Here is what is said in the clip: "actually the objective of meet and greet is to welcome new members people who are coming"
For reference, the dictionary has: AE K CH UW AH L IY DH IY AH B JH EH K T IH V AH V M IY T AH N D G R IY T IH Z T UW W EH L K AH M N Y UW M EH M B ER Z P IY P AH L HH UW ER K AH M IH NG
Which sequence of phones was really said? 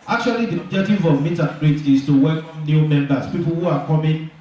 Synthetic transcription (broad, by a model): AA K CH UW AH L IY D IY AH B JH EH K T IH V AH V M IY T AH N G R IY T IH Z T UW W EH L K AH M N Y UW M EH M B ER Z P IY P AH L HH UW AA K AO M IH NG